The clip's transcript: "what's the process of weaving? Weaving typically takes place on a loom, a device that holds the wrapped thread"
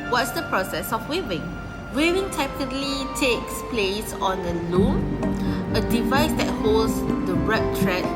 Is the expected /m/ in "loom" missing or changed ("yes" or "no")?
yes